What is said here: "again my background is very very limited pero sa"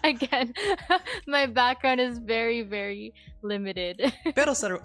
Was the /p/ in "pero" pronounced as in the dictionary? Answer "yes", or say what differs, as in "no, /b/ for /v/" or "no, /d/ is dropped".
no, /b/ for /p/